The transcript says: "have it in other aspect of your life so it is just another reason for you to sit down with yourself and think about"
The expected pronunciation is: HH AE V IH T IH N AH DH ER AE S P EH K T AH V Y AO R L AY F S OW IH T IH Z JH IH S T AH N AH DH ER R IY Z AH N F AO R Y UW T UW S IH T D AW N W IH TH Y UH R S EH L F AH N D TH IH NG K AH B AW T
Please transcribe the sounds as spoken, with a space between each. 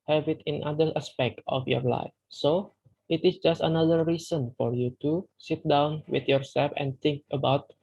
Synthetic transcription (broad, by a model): HH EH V IH T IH N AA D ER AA S P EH K T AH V Y AO R L AY F S OW IH T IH S JH IH S T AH N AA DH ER R IY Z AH N F AO R Y UW T UW S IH T D AW N W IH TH Y UH R S EH L F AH N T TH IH NG K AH B AW T